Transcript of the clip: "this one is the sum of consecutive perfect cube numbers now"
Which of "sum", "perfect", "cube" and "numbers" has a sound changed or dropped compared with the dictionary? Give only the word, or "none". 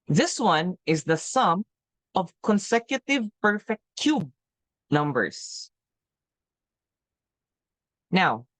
none